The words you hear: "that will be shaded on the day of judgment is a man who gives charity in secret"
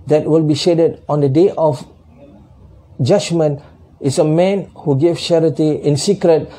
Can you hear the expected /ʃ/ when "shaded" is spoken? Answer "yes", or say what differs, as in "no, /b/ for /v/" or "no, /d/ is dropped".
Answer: yes